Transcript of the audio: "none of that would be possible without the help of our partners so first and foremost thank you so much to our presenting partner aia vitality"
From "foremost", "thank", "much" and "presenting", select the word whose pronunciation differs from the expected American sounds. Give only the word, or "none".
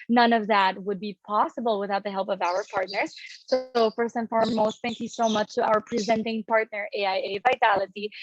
none